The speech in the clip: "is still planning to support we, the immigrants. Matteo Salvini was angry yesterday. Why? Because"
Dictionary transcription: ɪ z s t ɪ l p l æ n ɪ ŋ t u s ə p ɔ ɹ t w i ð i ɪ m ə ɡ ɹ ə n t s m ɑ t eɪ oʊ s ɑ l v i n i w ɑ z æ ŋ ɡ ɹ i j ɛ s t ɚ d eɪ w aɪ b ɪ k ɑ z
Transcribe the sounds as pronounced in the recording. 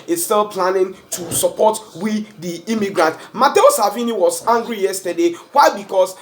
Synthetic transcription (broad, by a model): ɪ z s t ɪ l p l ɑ n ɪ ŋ t u s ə p ɔ t w i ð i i m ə ɡ ɹ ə n t m ɑ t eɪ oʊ s ɑ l v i n i w ɑ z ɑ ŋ ɡ ɹ i j ɛ s t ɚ d eɪ w aɪ b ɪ k ɑ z